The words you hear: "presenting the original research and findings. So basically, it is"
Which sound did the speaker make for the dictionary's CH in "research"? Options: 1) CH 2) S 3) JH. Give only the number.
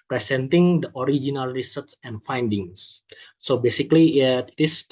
2